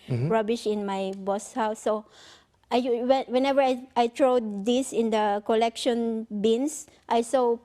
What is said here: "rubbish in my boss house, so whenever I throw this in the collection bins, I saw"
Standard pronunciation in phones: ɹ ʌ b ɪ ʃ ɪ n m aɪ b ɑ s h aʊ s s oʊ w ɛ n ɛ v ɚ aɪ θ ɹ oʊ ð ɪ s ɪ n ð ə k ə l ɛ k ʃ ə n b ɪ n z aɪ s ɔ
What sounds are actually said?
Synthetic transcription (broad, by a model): ɹ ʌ b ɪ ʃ ɪ n m aɪ b ɑ s h aʊ s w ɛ w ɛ n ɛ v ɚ aɪ t ɹ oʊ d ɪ s ɪ n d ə k ə l ɛ k ʃ ə n b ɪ n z aɪ s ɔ